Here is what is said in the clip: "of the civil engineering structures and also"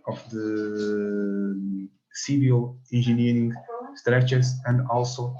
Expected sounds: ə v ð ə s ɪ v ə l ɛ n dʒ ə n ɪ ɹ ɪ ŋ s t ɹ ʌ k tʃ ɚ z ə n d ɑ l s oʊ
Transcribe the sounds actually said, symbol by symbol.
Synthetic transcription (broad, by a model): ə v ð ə s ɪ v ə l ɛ n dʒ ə n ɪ ɹ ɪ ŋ s t ɹ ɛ tʃ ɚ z ə n d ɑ l s oʊ